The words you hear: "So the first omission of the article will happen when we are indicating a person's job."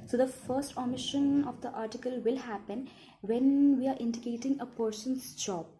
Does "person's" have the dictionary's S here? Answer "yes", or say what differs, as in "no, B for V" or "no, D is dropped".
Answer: no, SH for S